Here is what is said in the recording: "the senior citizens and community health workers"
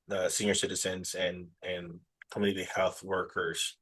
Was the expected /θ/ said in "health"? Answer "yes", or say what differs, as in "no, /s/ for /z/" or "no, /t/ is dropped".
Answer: yes